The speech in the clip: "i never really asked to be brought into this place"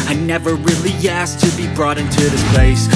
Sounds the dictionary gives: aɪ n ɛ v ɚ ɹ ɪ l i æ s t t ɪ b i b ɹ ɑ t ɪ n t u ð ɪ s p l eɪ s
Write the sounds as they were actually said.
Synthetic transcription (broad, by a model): aɪ n ɛ v ɚ ɹ ɪ l i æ s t t ɪ b i b ɹ ɑ t ɪ n t u ð ɪ s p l eɪ s